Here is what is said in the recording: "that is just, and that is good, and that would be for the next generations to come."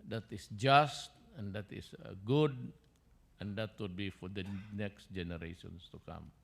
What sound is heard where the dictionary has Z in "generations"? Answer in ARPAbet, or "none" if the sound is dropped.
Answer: S